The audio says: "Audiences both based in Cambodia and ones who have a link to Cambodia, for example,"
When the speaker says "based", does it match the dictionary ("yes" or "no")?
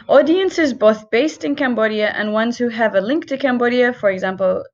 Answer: yes